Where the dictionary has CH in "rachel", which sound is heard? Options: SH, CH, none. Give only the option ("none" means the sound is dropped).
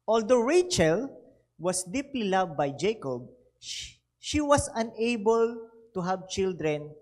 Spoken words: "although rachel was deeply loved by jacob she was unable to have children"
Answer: CH